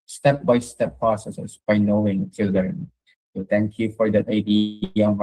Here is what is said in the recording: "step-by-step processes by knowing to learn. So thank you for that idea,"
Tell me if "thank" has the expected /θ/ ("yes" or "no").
no